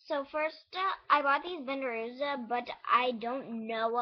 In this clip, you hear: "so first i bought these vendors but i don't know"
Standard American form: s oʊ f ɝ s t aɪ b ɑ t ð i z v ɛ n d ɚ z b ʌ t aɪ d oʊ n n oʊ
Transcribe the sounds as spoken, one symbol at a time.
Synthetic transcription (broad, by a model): s oʊ f ɝ s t aɪ b ɑ t ð i z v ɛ n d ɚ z b ʌ t aɪ d oʊ n n oʊ